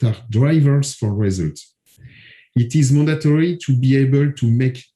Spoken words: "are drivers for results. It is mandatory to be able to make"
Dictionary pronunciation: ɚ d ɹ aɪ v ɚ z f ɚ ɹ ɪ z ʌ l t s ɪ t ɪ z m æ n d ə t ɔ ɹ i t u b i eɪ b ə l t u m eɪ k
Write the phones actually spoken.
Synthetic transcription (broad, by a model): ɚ d ɹ aɪ v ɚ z f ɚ ɹ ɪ z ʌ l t ɪ t ɪ z m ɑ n d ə t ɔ ɹ i t u b i eɪ b ə l t u m eɪ k